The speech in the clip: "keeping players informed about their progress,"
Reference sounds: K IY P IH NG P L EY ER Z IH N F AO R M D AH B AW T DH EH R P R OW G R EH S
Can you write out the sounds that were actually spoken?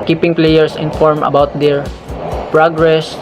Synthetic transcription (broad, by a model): K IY P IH NG P L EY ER S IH N F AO R M AH B AW T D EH R P R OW G R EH S